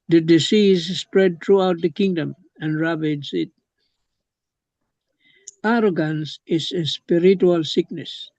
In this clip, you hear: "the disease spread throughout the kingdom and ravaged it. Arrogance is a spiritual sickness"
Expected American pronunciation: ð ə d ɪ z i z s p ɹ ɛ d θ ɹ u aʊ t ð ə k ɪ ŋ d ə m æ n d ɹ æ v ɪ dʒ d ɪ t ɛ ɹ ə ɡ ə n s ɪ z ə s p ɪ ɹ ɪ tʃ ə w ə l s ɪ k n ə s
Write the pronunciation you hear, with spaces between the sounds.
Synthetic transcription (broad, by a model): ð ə d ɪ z i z s p ɹ ɛ d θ ɹ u aʊ t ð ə k ɪ ŋ d ə m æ n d ɹ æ b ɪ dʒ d ɪ t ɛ ɹ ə ɡ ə n s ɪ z ə s p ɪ ɹ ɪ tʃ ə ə l s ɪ k n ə s